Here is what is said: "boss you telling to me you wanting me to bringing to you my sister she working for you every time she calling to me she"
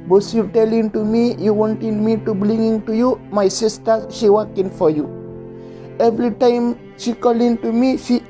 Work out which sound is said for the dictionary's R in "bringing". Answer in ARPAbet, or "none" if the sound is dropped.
L